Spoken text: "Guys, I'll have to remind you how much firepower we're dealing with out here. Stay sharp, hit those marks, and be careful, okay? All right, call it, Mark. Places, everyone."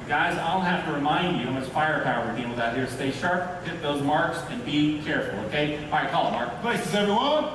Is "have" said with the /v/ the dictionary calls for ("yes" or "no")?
no